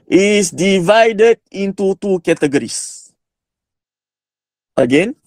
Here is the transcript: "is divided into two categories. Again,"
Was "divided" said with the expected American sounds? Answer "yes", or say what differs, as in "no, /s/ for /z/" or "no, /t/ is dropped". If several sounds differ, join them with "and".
yes